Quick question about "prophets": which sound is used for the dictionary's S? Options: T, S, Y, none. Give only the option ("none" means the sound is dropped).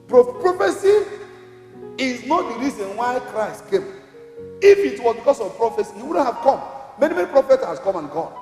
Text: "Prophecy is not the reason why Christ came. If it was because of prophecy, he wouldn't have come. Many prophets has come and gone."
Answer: none